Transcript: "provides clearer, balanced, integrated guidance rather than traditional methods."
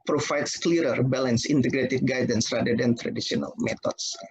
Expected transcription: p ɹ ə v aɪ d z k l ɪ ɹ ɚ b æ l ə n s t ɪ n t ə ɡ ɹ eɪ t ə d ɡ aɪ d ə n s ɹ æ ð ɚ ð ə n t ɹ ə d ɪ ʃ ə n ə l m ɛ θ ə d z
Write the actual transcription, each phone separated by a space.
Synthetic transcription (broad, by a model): p ɹ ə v aɪ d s k l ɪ ɹ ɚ b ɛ l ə n s ɪ n t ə ɡ ɹ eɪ t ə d ɡ aɪ d ə n s ɹ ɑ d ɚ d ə n t ɹ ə d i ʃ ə n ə l m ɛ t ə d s